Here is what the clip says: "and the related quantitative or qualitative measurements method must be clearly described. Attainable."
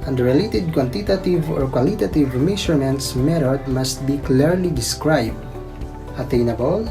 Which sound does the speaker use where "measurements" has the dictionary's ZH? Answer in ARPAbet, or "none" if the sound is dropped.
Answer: SH